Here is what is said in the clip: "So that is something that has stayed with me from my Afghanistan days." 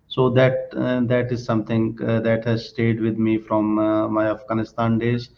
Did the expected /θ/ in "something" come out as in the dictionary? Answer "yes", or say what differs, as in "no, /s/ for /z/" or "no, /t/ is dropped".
no, /t/ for /θ/